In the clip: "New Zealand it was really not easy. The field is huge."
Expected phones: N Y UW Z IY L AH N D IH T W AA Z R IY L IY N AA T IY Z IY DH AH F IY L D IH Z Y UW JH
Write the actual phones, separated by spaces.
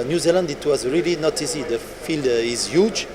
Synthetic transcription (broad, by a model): N Y UW Z IY L AH N D IH T W AA Z R IY L IY N AA T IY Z IY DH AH F IY L D IH Z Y UW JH